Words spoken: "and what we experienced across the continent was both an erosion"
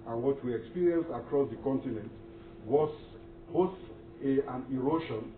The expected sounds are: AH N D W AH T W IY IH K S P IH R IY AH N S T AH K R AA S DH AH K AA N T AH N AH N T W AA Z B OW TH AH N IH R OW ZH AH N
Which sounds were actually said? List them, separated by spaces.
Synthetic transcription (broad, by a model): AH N W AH T W IY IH K S P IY R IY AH N S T AH K R AA S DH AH K AA N T AH N AH N T W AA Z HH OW S AH N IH R OW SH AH N